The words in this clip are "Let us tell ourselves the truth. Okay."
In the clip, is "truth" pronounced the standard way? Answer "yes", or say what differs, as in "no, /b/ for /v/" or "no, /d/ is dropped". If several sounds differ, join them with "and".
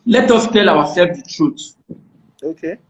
no, /t/ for /θ/